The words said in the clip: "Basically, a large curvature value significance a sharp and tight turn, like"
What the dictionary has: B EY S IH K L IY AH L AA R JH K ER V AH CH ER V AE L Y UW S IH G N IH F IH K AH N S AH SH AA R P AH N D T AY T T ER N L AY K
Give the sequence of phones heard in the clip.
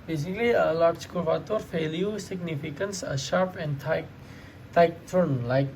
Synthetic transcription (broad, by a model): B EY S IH K L IY AH L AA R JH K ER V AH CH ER F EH L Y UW S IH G N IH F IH K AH N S AH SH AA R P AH N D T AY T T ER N L AY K